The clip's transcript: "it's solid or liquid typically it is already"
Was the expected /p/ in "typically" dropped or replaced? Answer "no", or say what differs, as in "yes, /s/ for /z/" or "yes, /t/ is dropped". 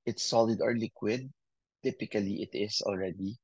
no